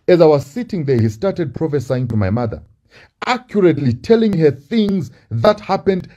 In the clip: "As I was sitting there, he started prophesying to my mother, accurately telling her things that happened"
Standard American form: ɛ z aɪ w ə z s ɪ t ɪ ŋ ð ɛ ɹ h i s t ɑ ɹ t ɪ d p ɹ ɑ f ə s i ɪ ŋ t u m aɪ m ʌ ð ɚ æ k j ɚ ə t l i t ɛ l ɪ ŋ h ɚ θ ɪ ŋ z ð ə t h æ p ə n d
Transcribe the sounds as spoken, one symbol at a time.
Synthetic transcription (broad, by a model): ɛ z aɪ w ə z s ɪ t ɪ ŋ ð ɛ ɹ h i s t ɑ ɹ t ɪ d p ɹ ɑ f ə s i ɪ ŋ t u m aɪ m ʌ ð ɚ æ k j ɚ ə t l i t ɛ l ɪ ŋ h ɚ θ ɪ ŋ z ð ə t h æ p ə n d